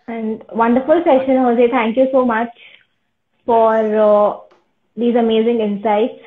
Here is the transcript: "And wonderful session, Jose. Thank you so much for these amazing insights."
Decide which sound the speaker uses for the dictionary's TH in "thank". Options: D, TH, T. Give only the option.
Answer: T